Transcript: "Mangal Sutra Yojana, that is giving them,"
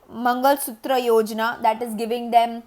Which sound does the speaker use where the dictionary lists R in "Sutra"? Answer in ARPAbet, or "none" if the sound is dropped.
R